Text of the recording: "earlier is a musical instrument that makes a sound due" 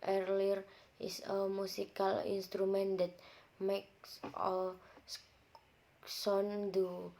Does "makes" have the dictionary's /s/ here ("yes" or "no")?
yes